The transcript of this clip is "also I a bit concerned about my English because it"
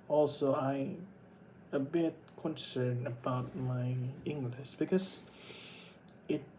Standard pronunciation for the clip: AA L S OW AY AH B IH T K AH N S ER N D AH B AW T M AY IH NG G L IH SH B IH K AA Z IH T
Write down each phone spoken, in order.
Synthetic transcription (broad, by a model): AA L S OW AY AH B IH T K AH N S ER N AH B AW T M AY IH NG G L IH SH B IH K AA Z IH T